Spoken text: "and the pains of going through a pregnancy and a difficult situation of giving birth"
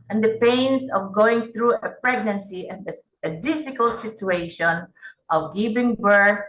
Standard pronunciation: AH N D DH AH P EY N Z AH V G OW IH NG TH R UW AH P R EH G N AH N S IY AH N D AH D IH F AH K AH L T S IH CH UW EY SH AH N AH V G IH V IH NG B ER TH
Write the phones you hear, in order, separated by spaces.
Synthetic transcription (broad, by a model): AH N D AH P EY N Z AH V G OW IH NG TH R UW AH P R EH G N AH N S IY AH N D AH D IH F AH K AH L T S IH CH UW EY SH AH N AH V G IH P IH NG B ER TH